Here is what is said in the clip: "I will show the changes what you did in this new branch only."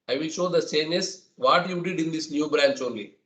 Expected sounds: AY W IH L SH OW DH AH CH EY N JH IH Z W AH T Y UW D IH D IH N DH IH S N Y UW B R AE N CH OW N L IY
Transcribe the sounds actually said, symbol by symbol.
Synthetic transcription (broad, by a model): AY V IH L SH OW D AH S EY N IH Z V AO T Y UW D IH D IH N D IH S N Y UW B R AE N CH OW N L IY